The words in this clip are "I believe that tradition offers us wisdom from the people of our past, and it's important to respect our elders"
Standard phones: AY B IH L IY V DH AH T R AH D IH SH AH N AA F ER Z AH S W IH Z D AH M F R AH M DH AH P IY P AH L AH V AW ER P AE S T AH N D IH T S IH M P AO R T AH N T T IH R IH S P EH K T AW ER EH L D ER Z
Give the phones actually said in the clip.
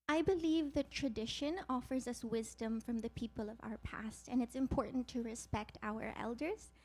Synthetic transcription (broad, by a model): AY B IH L IY V DH AH T R AH D IH SH AH N AA F ER Z AH S W IH Z D AH M F R AH M DH AH P IY P AH L AH V AW ER P AE S T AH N IH T S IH M P AO R T N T T IH R IH S P EH K T AW ER EH L D ER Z